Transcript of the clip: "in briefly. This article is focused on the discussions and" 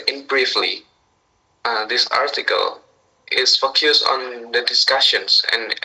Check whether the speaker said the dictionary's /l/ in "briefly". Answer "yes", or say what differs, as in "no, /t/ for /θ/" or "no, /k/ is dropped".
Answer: yes